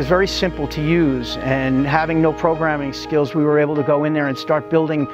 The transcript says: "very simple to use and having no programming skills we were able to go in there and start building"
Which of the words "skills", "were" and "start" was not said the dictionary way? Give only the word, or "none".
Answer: none